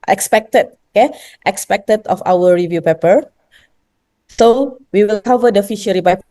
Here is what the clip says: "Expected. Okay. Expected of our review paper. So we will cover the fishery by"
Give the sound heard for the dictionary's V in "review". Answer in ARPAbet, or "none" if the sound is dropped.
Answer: V